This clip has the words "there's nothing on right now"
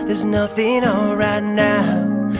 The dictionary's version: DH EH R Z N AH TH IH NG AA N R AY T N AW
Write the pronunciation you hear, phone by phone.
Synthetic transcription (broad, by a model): DH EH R Z N AH TH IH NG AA L R AY T N AW